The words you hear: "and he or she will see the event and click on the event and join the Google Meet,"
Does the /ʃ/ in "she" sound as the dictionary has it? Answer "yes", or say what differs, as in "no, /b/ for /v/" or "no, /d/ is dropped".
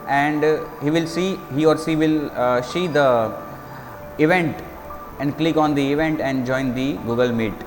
no, /s/ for /ʃ/